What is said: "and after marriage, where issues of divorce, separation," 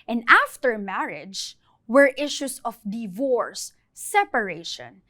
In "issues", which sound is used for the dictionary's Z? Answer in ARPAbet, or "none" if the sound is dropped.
S